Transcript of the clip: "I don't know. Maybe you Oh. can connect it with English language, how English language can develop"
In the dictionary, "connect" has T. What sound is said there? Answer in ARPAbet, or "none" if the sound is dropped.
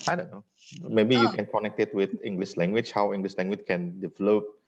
T